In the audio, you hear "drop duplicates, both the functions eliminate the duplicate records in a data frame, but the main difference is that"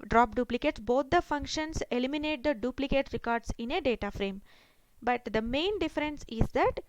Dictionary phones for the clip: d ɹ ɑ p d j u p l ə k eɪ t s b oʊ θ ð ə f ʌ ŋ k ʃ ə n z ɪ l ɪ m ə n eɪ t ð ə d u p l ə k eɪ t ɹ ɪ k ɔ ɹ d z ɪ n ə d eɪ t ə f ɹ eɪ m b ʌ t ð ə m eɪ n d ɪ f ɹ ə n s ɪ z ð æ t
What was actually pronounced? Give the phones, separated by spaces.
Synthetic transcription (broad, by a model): d ɹ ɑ p d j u p l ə k eɪ t s b oʊ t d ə f ʌ ŋ k ʃ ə n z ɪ l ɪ m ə n eɪ t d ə d u p l ə k eɪ t ɹ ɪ k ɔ ɹ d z ɪ n ə d eɪ t ə f ɹ eɪ m b ʌ t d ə m eɪ n d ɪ f ɹ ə n s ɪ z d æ t